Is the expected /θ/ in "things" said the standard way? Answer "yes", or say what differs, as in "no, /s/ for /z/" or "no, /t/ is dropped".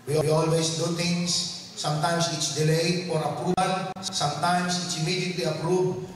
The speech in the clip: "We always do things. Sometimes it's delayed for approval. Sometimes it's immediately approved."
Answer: no, /t/ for /θ/